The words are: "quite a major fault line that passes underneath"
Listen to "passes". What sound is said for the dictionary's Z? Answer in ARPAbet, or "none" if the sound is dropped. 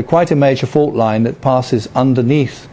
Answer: Z